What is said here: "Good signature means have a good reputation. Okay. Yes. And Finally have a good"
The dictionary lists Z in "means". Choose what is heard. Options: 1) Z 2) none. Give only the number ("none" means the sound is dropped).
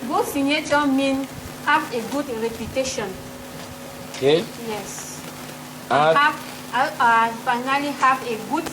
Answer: 2